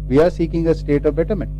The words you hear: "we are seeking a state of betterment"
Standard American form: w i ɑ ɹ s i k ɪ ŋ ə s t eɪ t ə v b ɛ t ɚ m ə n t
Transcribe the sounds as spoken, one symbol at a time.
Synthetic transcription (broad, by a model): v i ɑ ɹ s i k ɪ ŋ ə s t eɪ t ə v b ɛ t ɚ m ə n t